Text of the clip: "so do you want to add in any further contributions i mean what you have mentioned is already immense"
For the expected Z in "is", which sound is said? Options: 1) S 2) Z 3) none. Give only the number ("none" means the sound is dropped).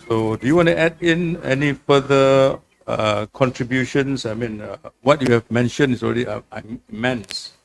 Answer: 1